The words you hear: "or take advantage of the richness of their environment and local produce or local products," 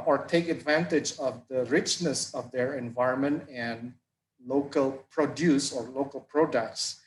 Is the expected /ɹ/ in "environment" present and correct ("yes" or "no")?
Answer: yes